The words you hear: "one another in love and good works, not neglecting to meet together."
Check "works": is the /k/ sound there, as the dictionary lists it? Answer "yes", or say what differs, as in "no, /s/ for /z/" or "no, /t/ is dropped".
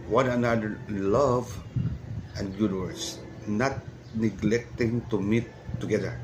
no, /k/ is dropped